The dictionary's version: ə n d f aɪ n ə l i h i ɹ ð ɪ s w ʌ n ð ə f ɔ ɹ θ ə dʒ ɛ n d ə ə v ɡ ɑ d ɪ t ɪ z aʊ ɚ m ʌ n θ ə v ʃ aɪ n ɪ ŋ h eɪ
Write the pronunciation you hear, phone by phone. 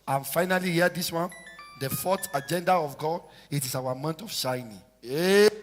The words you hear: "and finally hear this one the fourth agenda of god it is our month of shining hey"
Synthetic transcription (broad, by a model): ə n f aɪ n ə l i h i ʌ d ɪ s w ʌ n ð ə f ɔ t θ ə dʒ ɛ n d ə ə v ɡ ɑ d ɪ t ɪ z aʊ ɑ m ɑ n t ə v ʃ aɪ n ɪ ŋ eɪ